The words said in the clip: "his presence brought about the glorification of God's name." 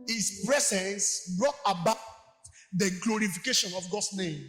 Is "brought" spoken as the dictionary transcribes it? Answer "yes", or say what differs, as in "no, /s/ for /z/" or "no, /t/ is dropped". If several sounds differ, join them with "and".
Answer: yes